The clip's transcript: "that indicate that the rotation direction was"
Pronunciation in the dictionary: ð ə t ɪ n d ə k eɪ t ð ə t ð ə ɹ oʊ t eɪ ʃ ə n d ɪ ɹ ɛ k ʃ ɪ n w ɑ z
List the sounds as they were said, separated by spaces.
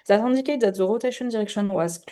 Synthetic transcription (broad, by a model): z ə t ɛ d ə k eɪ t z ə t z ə ɹ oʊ t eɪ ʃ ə n d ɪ ɹ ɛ k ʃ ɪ n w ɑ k